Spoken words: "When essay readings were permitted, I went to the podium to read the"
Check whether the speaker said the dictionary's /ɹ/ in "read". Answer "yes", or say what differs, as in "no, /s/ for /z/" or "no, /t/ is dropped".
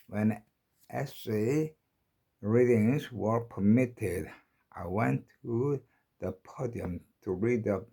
yes